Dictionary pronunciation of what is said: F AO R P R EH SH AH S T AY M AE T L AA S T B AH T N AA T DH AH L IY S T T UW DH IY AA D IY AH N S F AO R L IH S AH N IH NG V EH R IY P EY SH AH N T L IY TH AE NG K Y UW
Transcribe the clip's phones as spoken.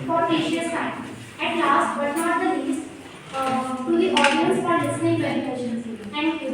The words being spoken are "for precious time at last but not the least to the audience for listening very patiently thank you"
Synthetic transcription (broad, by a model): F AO R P EH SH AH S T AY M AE T L AA S T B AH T N AA T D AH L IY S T T UW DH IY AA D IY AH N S F AO R L IH S AH N IH NG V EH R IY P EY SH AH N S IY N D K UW